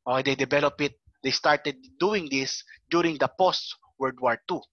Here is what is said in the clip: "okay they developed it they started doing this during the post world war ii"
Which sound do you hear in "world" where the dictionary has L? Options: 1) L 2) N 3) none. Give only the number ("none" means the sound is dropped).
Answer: 3